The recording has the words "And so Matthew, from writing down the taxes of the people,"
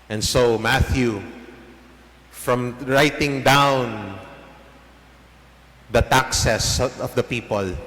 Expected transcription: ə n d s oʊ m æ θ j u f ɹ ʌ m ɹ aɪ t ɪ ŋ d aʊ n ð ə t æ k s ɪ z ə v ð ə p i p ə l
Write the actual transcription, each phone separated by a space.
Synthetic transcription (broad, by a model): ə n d s oʊ m æ θ j u f ɹ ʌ m ɹ aɪ t ɪ ŋ d aʊ n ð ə t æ k s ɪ s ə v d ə p i p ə l